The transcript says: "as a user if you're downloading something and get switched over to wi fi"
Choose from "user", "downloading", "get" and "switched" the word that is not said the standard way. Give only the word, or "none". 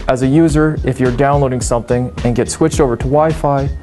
none